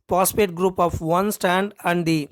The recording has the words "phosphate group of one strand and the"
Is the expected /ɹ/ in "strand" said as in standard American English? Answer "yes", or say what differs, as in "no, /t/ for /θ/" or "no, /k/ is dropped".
no, /ɹ/ is dropped